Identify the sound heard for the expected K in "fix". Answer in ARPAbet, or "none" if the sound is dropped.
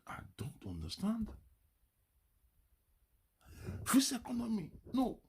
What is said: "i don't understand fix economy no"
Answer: none